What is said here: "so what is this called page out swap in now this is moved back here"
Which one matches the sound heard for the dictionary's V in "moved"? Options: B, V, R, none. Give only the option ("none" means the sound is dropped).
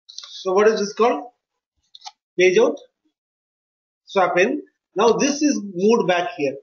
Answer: none